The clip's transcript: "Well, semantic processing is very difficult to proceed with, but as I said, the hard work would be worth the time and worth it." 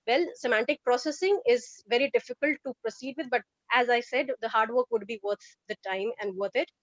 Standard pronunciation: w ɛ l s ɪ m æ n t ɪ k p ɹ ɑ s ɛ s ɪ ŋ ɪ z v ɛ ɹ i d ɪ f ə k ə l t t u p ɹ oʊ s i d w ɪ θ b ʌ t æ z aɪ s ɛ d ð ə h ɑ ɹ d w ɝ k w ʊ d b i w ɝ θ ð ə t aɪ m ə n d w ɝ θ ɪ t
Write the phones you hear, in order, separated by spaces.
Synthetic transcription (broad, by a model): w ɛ l s ɪ m æ n t ɪ k p ɹ ɑ s ɛ s ɪ ŋ ɪ z v ɛ ɹ i d ɪ f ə k ə l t t u p ɹ oʊ s i d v ɪ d b ʌ t æ z aɪ s ɛ d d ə h ɑ ɹ d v ɝ k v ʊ d b i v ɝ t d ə t aɪ m ə n d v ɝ t ɪ t